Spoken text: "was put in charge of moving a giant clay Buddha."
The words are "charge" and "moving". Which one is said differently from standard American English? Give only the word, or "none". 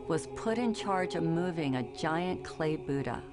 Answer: none